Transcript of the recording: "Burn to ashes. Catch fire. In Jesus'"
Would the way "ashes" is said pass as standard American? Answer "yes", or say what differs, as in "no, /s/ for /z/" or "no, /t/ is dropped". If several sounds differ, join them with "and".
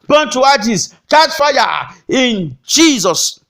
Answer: no, /s/ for /z/